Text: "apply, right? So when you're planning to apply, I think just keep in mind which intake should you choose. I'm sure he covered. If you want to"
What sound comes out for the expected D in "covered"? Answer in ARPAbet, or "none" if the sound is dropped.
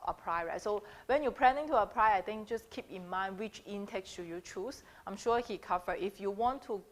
none